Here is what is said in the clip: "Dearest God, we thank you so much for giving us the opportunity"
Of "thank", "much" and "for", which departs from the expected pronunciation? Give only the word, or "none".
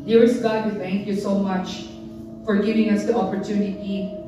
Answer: none